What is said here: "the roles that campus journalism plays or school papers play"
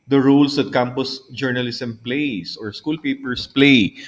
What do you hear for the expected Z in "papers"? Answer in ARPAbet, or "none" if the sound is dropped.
S